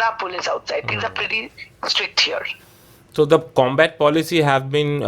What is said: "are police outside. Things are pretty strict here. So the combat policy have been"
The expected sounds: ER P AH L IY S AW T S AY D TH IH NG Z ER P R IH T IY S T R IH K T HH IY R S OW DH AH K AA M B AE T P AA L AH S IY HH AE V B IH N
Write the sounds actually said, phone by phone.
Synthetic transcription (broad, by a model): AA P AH L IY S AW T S AY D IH Z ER P R IH T IY S T R IH K T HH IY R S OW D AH K AA M B AE T P AA L AH S IY HH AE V B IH N